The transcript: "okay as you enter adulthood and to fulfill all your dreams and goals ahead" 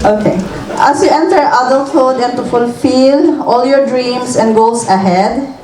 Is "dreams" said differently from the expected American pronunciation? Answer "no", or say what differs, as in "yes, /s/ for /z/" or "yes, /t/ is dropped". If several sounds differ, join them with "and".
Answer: yes, /s/ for /z/